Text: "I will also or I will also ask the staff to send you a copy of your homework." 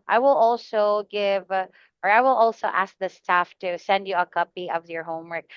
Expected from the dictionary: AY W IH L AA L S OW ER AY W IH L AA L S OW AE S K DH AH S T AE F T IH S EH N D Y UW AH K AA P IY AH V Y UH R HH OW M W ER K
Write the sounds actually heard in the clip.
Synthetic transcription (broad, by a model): AY W IH L AA L S OW ER AY W IH L AA L S OW AE S K DH AH S T AE F T IH S EH N D Y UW AH K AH P IY AH V Y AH R HH OW M W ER K